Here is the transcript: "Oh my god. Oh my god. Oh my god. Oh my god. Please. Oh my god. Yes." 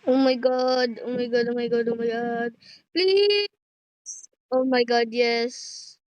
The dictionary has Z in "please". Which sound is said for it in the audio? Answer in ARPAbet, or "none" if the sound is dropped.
S